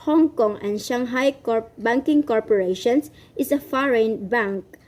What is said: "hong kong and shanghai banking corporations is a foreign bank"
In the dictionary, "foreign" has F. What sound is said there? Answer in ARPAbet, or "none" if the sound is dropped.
F